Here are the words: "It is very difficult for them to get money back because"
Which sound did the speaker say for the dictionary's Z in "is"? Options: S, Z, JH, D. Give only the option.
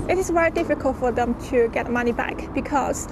S